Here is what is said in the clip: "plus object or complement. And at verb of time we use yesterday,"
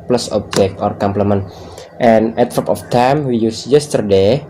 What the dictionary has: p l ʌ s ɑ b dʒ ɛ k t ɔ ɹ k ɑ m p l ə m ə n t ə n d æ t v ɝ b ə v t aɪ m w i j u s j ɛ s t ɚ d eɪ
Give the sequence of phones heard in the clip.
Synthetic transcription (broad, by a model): p l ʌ s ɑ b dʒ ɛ k t ɔ ɹ k ɑ m p l ə m ə n t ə n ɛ t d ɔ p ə f t aɪ m w i j u s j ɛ s t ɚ d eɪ